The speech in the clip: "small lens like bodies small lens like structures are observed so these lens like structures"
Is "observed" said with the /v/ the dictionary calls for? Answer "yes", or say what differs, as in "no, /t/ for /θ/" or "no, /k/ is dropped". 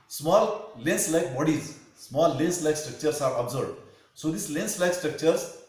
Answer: no, /b/ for /v/